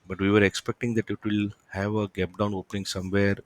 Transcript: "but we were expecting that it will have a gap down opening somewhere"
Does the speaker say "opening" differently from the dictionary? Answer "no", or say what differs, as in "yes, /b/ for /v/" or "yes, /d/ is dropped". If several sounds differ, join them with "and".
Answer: no